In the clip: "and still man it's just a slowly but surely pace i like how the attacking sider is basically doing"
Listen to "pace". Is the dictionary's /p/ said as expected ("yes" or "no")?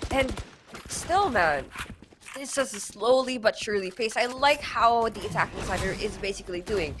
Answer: no